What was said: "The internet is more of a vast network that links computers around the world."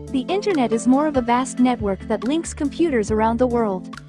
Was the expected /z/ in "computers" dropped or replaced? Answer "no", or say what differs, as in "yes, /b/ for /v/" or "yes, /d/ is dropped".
no